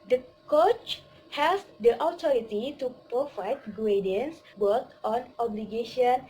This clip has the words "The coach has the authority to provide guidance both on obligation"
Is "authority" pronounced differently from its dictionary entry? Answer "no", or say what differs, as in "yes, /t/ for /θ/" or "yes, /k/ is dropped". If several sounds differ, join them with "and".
yes, /t/ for /θ/